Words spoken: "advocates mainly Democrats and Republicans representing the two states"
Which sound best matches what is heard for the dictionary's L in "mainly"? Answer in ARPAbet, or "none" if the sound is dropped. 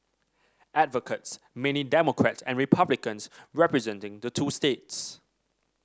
none